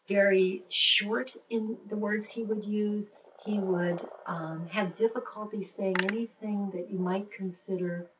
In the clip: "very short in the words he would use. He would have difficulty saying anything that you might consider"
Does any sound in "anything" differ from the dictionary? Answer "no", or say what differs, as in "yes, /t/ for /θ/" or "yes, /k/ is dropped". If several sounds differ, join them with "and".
no